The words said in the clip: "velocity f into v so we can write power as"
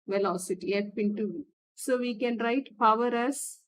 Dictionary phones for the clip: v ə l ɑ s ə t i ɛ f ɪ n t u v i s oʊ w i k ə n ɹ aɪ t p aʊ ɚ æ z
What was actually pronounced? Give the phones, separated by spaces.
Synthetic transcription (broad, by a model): v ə l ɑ s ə t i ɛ p ɪ n t u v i s oʊ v i k ə n ɹ aɪ t p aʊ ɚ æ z